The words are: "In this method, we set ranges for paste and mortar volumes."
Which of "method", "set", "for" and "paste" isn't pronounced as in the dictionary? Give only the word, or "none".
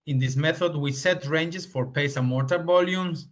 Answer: paste